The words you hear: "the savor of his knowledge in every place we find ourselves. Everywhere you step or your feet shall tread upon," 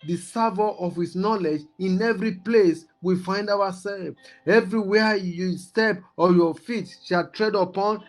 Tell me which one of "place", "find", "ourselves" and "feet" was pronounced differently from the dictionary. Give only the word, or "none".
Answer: ourselves